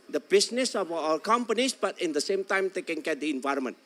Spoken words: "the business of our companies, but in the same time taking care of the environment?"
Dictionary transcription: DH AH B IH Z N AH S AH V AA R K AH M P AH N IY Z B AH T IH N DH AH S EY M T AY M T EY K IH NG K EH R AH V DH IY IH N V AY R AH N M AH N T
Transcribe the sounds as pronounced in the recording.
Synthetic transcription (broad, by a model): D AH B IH S N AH S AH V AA L K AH M P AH N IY S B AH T IH N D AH S EY M T AY M T EY K IH NG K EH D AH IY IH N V AY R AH M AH N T